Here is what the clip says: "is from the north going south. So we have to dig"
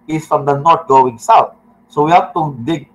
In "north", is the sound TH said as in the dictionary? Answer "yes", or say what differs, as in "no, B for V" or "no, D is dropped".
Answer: no, T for TH